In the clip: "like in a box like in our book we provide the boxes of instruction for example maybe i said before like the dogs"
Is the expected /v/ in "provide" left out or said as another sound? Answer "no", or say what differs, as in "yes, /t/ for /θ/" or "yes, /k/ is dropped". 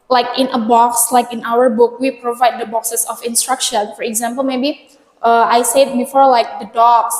no